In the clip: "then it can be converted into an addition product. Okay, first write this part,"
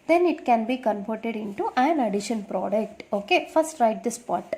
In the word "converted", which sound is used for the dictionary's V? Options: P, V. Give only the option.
P